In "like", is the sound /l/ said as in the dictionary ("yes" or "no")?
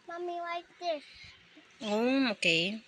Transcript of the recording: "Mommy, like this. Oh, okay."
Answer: no